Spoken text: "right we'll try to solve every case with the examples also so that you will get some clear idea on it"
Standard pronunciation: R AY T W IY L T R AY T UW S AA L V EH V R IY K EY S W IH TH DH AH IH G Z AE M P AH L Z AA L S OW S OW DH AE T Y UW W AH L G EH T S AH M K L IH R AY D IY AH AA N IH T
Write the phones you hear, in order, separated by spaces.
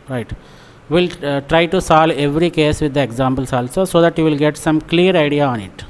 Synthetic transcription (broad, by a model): R AY T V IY L T R AY T UW S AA L EH V R IY K EY S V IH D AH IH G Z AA M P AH L S AA L S OW S OW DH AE T Y UW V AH L G EH T S AH M K L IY R AY D IY AH AA N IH T